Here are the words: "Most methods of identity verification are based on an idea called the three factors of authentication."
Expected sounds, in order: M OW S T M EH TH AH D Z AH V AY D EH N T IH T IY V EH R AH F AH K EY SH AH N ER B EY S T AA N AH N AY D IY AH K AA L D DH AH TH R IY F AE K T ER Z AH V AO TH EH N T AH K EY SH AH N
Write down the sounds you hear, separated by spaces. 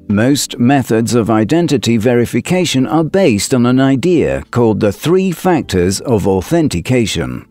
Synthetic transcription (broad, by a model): M OW S T M EH TH AH D Z AH V AY D EH N T IH T IY V EH R AH F AH K EY SH AH N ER B EY S T N AH N AY D IY AH K AA L D DH AH TH R IY F AE K T ER Z AH V AO TH EH N T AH K EY SH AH N